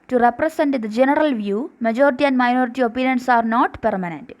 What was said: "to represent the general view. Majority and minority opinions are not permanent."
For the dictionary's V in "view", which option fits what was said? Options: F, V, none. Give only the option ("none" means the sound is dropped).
V